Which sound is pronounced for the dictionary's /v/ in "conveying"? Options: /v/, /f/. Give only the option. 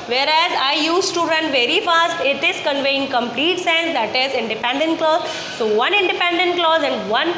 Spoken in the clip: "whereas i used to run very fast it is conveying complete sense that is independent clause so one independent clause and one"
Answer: /v/